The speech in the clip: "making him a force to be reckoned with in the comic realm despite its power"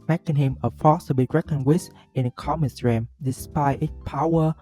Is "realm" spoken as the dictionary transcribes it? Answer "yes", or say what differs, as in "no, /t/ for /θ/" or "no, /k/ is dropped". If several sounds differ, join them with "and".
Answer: no, /l/ is dropped